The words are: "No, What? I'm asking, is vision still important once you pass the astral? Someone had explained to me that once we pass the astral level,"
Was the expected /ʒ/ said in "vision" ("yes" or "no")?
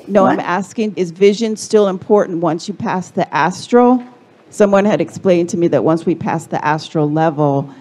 yes